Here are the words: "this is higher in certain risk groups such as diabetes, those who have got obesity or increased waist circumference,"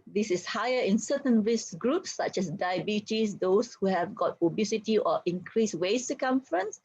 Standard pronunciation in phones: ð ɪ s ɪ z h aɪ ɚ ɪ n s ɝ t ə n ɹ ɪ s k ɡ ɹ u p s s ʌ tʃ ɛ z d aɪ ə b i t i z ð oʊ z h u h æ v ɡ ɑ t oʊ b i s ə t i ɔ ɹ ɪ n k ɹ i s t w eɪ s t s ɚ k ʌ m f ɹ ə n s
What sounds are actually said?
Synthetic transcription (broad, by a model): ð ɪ s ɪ s h aɪ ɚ ɪ n s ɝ t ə n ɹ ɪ s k ɡ ɹ u p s s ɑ tʃ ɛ s d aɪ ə b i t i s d oʊ s h u h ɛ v ɡ ɑ t oʊ b i s ə t i ɔ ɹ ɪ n k ɹ i s w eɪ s s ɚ k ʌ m f ɹ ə n s